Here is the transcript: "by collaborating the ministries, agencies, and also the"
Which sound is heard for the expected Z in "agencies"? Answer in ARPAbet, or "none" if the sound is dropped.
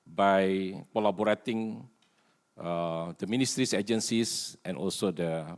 S